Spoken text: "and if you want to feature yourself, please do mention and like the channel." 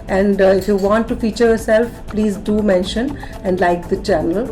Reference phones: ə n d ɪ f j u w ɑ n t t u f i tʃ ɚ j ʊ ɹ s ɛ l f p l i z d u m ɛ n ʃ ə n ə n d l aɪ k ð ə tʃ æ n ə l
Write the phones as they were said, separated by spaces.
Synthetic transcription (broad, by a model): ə n d ɪ f j u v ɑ n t t u f i tʃ ɚ j ʊ ɹ s ɛ l f p l i z d u m ɛ n ʃ ə n ə n d l aɪ k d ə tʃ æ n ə l